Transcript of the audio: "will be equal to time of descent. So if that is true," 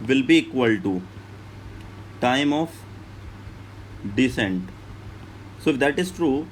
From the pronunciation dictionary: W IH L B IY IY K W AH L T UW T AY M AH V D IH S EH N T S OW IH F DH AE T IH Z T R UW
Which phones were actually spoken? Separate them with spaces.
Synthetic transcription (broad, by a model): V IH L B IY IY K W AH L T UW T AY M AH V D IH S EH N T S OW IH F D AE T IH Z T R UW